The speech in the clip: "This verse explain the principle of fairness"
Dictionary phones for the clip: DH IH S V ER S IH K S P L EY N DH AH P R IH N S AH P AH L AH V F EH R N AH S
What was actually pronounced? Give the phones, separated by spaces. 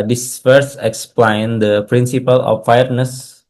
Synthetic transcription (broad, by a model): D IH S F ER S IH K S P L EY N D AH P R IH N S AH P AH L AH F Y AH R N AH S